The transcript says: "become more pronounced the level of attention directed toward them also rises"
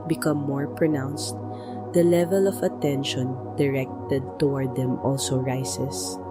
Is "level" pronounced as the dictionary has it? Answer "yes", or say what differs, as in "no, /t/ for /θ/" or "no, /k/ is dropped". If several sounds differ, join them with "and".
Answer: yes